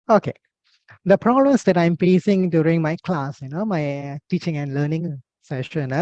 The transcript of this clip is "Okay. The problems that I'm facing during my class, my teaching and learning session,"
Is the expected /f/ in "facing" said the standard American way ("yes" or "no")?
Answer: no